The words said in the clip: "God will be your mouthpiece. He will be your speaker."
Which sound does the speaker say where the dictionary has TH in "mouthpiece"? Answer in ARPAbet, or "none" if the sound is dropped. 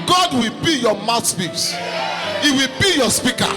S